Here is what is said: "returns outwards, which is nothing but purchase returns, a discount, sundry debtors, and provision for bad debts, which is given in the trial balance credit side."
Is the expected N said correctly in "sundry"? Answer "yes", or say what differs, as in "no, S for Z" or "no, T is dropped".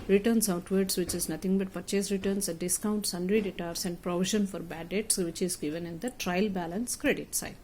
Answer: yes